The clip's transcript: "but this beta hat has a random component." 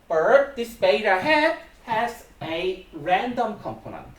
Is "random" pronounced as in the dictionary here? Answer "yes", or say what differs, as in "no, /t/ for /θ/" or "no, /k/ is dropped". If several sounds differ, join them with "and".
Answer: yes